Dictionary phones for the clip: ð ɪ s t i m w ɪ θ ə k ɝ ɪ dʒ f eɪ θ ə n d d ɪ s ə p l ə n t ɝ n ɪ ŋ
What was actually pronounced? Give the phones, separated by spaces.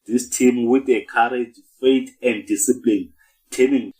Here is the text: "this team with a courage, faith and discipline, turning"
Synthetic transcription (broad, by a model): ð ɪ s t i m w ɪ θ ə k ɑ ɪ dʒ f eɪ t ə n d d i s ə p l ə n t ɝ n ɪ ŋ